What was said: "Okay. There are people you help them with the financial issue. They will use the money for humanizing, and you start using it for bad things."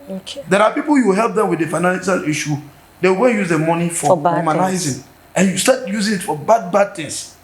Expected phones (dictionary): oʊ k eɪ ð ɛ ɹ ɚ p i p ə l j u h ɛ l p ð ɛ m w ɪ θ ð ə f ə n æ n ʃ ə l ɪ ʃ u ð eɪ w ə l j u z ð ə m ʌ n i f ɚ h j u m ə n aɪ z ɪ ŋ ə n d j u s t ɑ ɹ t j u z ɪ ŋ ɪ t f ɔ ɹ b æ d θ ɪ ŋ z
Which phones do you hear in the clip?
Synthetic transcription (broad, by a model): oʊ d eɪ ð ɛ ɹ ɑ p i p ə l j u h ɛ l p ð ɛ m w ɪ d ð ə f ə n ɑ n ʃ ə l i ʃ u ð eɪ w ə n j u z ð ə m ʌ n i f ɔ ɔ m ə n aɪ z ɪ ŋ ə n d j u s t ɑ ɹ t j u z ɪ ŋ ɪ t f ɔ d b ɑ d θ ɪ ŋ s